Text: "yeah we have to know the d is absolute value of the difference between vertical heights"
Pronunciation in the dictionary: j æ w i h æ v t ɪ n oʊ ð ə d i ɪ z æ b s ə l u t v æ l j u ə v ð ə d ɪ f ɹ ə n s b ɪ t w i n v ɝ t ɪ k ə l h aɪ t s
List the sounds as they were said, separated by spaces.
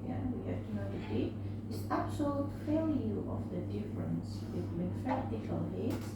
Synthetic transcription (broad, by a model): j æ w i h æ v t ɪ n oʊ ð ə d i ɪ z æ b s ə l u t f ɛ l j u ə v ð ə d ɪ f ɹ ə n s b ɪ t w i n f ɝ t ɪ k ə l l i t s